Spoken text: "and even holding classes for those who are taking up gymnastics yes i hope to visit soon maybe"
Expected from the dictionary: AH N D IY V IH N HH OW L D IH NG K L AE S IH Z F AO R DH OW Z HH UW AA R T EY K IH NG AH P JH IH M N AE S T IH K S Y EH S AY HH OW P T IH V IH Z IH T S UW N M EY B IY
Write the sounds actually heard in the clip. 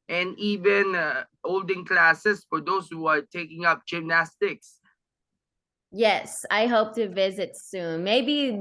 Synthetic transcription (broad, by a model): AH N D IY V IH N HH OW L D IH NG K L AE S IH S F AO R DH OW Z HH UW AA R T EY K IH NG AH P JH IH M N AE S T IH K S Y EH S AY HH OW P T IH V IH Z IH T S UW N M EY B IY